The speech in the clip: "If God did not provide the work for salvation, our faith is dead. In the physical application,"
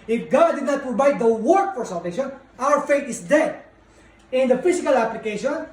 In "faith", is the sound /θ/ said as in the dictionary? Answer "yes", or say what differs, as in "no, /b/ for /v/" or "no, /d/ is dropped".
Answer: no, /t/ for /θ/